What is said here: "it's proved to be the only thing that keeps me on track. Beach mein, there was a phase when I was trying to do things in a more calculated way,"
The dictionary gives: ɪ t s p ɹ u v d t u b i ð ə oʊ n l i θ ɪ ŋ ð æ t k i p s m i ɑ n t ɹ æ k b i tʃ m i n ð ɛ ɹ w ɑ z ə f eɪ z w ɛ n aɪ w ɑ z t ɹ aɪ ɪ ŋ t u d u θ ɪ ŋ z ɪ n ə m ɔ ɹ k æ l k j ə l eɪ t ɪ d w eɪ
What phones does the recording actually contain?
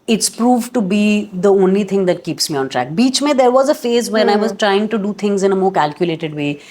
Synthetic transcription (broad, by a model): ɪ t s p ɹ u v t u b i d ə oʊ n l i t ɪ ŋ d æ t k i p s m i ɑ n t ɹ æ k b i tʃ m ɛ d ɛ ɹ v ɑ z ə f eɪ z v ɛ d aɪ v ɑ z t ɹ aɪ ɪ ŋ t u d u t ɪ ŋ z ɪ n ə m ɔ ɹ k æ l k j ə l eɪ t ɪ d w eɪ